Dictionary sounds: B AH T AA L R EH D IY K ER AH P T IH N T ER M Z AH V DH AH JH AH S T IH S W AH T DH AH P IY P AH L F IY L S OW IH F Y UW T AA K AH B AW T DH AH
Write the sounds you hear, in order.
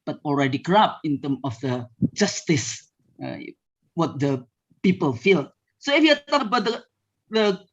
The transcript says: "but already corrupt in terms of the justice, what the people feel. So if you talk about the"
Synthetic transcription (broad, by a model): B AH T AA L R EH D IY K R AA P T IH N T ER M AH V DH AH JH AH S T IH S W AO T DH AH P IY P AH L F IY L S OW IH F Y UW T AA K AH B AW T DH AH